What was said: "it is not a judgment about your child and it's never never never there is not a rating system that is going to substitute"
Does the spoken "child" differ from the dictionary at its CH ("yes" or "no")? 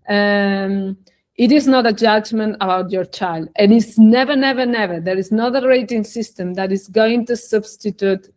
no